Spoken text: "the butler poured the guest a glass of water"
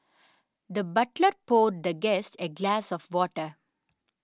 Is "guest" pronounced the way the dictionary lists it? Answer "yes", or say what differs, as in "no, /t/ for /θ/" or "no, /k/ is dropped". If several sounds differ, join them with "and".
yes